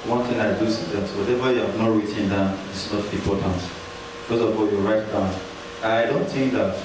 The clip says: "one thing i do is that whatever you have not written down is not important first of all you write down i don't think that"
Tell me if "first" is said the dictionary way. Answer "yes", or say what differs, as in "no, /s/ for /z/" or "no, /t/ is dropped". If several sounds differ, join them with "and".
no, /t/ is dropped